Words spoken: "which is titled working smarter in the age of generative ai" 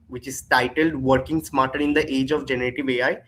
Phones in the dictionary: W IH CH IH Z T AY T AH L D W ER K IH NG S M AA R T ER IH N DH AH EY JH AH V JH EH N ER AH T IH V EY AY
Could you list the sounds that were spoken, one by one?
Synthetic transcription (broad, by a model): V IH CH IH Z T AY T AH L D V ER K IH NG S M AA R T ER IH N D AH EY JH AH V JH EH N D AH T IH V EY AY